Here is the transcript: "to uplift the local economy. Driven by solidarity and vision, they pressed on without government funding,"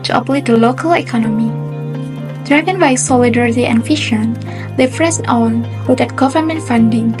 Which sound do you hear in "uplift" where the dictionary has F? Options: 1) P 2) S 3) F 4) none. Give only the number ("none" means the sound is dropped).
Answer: 4